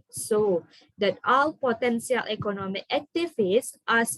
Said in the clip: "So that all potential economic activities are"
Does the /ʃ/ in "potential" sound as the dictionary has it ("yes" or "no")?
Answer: no